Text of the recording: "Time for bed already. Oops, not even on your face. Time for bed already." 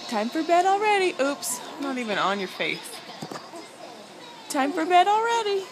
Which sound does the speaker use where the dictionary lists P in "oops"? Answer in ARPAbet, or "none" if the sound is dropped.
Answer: P